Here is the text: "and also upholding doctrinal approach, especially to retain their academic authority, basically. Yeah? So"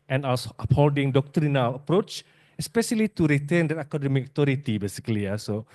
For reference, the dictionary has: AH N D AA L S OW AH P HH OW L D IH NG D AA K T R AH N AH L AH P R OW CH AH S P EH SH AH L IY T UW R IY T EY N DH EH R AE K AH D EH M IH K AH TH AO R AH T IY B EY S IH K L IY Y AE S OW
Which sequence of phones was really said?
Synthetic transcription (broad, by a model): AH N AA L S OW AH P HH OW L D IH NG D AA K T R AH N AH L AH P R OW CH AH S P EH SH AH L IY T UW R IY T EY N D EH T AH K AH D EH M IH K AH T AO R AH T IY B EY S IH K L IY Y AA S OW